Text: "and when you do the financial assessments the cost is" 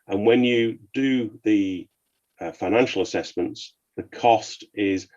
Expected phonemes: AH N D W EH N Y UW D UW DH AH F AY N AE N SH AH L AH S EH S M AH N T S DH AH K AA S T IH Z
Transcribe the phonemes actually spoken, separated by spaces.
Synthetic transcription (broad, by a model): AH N W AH N Y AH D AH DH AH F AY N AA N SH AH L AH S EH S M AH N T S DH AH K AA S T IH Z